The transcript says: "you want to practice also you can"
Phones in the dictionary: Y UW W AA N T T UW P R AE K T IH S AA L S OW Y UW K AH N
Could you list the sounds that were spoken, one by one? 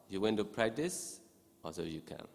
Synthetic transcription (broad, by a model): Y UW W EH N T T UW P R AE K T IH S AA S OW Y UW K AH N